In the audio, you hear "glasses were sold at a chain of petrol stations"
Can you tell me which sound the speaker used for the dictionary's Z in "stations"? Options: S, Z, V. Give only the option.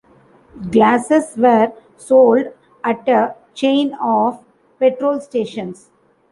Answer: S